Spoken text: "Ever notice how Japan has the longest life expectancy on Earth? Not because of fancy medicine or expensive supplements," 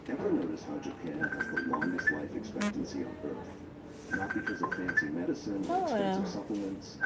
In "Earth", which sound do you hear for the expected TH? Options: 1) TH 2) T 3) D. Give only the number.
1